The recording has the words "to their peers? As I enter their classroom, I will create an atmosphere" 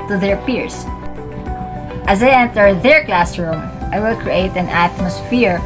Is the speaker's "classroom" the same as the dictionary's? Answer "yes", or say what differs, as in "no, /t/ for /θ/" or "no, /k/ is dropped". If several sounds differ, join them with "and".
yes